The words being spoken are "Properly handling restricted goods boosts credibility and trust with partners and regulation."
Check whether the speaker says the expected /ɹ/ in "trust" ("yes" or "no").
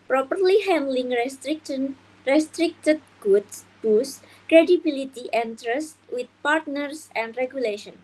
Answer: yes